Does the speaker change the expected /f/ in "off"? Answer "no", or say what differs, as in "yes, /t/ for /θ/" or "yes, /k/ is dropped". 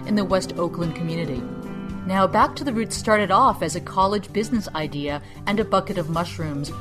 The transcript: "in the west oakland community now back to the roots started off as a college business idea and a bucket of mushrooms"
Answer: no